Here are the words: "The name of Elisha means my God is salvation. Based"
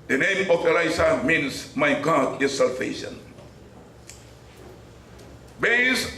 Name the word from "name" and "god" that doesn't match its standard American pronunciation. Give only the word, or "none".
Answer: none